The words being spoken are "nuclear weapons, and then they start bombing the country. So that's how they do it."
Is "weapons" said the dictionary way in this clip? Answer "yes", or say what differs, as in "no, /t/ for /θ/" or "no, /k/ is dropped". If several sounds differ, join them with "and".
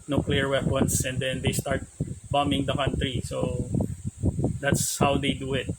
no, /s/ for /z/